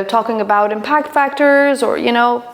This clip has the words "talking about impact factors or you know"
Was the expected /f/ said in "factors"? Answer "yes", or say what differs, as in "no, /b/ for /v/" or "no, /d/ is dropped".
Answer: yes